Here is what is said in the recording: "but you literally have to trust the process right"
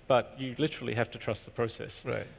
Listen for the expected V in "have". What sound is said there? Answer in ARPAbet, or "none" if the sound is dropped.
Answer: F